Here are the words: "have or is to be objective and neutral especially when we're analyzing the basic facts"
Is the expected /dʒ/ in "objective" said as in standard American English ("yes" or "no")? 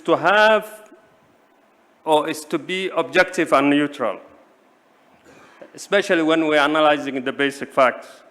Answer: yes